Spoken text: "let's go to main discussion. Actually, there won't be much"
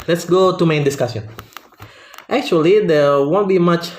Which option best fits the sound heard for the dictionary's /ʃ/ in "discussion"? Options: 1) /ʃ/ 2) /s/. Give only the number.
2